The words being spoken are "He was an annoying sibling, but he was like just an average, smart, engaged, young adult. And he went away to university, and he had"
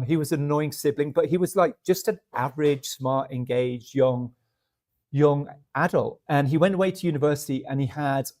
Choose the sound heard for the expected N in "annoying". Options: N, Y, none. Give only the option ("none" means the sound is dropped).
none